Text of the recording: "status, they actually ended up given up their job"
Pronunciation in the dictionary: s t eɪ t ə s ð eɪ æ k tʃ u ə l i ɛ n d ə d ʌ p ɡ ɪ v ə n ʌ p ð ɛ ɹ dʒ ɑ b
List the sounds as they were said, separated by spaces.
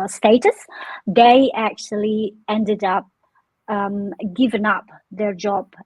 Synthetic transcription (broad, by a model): s t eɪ t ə s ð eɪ æ k tʃ u ə l i ɛ n d ə d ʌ p ɡ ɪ v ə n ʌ p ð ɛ ɹ dʒ ɑ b